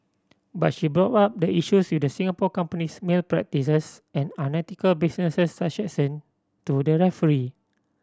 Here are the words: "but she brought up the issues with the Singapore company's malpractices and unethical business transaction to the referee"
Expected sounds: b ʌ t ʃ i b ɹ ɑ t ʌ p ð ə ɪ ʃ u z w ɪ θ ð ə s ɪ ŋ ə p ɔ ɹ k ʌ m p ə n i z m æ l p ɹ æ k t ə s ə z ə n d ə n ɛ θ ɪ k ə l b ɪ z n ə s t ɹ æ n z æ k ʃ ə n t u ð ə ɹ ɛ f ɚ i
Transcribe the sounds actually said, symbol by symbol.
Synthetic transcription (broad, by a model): b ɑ t ʃ i b ɹ ɑ t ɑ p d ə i ʃ u s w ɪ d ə s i ŋ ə p ɔ k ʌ m p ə n i s m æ l p ɹ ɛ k t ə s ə s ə n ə n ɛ t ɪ k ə l b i s n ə s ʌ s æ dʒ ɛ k s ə n t u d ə ɹ ɛ f ɚ i